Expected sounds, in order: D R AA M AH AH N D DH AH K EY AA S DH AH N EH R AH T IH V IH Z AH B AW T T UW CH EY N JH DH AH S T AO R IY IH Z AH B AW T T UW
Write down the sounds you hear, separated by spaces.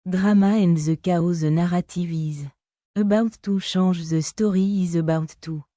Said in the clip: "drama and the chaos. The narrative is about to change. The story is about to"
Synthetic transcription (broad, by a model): D R AA M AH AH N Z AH K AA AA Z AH N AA R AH T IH V IH Z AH B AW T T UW SH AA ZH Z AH S T AO R IY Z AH B AW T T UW